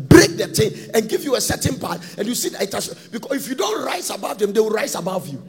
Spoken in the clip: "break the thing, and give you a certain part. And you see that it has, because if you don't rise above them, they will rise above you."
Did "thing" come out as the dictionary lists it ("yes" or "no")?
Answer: no